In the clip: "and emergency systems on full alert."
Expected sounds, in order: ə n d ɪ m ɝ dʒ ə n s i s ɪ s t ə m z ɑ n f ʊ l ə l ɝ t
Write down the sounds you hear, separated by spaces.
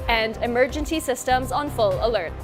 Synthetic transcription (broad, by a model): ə n d ɪ m ɝ dʒ ə n s i s ɪ s t ə m z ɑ n f ʊ l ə l ɝ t